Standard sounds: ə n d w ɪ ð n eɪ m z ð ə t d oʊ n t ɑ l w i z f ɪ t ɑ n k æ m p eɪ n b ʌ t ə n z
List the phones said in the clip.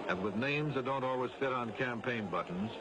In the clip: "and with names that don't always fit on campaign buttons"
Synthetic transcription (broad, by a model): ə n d w ɪ ð n eɪ m z ð ə t d oʊ n t ɑ l w i z f ɪ t n k æ m p eɪ n b ʌ t n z